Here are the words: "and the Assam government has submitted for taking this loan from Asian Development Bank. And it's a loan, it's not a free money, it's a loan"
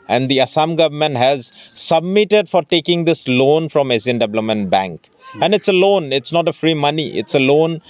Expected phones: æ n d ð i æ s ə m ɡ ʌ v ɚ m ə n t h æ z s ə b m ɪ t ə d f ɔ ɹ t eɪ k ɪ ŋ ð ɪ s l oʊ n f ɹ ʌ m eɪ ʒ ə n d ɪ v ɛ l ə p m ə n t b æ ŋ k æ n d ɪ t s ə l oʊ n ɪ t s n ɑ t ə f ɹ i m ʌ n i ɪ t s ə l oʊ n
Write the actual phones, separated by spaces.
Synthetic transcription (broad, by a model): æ n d i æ s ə m ɡ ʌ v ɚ m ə n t h æ z s ə b m ɪ t ə d f ɔ ɹ t eɪ k ɪ ŋ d ɪ s l oʊ n f ɹ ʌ m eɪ z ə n d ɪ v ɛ l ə m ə n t b æ ŋ k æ n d ɪ t s ə l oʊ n ɪ t s n ɑ t ə f ɹ i m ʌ n i ɪ t s ə l oʊ n